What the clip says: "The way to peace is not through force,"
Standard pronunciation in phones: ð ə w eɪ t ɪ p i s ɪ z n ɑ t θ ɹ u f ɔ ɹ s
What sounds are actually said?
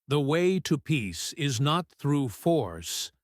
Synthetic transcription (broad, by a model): ð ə w eɪ t ɪ p i s ɪ z n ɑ t θ ɹ u f ɔ ɹ s